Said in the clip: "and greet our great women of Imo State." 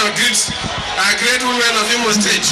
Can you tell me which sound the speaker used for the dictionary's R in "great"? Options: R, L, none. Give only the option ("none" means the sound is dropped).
R